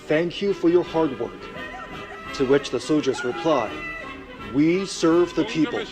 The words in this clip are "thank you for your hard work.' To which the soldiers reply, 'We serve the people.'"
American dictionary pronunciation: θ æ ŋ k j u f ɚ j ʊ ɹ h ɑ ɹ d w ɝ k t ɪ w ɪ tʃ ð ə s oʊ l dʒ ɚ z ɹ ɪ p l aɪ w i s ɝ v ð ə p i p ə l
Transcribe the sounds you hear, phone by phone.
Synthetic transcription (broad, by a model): θ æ ŋ k j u f ɚ j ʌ ɹ h ɑ ɹ d w ɝ k t ɪ w ɪ tʃ ð ə s oʊ l dʒ ɚ z ɹ ɪ p l aɪ w i s ɝ v ð ə p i p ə l